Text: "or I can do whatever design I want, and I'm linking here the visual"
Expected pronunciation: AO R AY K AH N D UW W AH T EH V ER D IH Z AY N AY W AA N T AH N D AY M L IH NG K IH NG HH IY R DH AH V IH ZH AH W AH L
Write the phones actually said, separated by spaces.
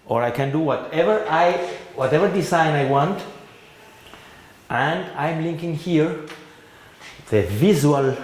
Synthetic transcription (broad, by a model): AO R AY K AH N D UW W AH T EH V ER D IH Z AY N AY W AA N T AH N D AY M L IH NG K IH NG HH IY R DH AH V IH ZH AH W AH L